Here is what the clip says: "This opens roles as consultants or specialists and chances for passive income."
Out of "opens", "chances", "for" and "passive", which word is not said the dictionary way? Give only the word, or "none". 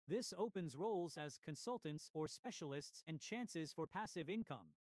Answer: none